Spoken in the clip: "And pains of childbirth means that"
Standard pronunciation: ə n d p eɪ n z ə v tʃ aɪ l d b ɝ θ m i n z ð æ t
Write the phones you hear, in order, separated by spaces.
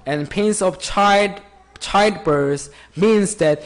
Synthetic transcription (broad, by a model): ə n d p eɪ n s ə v tʃ aɪ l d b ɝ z m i n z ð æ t